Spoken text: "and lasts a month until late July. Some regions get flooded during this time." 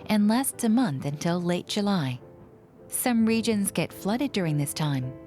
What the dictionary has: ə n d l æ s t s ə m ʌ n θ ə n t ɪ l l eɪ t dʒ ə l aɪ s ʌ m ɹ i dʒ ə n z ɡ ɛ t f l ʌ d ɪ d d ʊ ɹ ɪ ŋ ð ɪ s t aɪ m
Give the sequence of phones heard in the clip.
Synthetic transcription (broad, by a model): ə n l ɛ s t ə m ʌ n θ ə n t ɪ l l eɪ t dʒ ə l aɪ s ʌ m ɹ i dʒ ə n z ɡ ɛ t f l ʌ d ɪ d d ʊ ɹ ɪ ŋ ð ɪ s t aɪ m